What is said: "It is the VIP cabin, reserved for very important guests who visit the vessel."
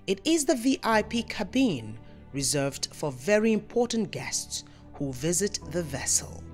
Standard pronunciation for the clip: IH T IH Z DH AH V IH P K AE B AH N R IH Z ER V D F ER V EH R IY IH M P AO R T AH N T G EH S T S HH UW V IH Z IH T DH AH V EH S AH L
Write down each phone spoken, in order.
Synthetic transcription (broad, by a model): IH T IH Z DH AH V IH P K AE B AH N R IH Z ER V D F ER V EH R IY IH M P AO R T N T G EH S T S HH UW V IH Z IH T DH AH V EH S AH L